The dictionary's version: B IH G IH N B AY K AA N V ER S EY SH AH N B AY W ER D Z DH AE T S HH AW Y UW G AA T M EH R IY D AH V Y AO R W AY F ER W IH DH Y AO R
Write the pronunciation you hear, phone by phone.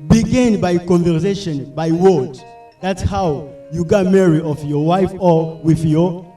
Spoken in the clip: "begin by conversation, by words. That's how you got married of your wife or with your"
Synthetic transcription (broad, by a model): B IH G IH N B AY K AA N V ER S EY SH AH N B AY W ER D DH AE T S HH AW Y UW G AA T M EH R IY AH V Y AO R W AY F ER W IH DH Y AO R